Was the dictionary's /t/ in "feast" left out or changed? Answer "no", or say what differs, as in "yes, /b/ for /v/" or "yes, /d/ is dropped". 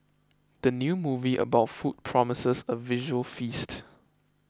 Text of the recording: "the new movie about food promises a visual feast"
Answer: no